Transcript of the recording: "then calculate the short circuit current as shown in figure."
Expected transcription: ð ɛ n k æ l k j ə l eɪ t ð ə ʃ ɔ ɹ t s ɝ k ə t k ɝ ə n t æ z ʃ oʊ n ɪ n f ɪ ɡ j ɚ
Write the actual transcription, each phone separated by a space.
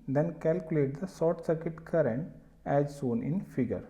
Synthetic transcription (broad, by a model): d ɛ n k æ l k j ə l eɪ t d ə s ɔ t s ɝ k ə t k ɝ ə n t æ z s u n ɪ n f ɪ ɡ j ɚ